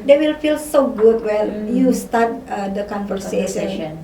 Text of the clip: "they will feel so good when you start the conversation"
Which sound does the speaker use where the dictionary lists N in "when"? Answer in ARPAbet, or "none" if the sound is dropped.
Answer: L